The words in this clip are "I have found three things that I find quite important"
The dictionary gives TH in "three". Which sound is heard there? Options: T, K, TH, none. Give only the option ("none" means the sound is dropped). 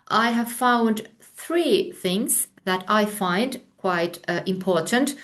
TH